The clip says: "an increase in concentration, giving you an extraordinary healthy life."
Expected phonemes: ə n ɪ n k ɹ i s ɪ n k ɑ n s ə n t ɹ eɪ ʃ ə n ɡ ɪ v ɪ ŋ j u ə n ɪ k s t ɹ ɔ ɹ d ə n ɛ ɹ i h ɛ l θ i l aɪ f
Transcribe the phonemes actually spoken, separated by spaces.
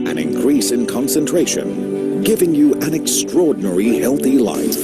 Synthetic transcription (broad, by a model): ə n ɪ n k ɹ i s ɪ n k ɑ n s ə n t ɹ eɪ ʃ ə n ɡ ɪ v ɪ ŋ j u ə n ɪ k s t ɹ ɔ ɹ d n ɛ ɹ i h ɛ l θ i l aɪ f